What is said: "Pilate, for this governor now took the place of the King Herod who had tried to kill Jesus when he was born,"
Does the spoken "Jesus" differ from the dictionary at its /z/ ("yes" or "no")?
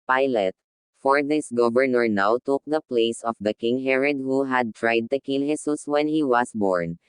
yes